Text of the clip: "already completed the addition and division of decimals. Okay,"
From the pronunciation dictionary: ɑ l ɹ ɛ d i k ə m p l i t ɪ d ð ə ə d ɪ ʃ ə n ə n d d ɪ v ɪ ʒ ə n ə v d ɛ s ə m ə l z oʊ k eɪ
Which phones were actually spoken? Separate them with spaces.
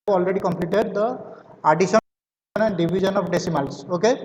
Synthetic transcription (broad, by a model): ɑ l ɹ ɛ d i k ə m p l i t ɪ d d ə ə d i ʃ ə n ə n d d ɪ b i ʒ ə n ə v d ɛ s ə m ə l s oʊ k eɪ